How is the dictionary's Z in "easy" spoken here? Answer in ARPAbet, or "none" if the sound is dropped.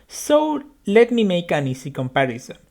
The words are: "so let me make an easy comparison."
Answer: S